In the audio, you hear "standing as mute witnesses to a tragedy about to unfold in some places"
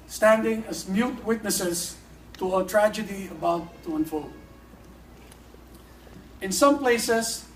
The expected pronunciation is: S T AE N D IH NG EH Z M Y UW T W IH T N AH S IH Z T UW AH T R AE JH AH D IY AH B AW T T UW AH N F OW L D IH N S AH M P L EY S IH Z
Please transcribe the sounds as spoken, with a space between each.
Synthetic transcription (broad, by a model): S T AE N D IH NG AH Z M Y UW T W IH T N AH S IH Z T UW AH T R AE JH AH D IY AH B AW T T UW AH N F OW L IH N S AH M P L EY S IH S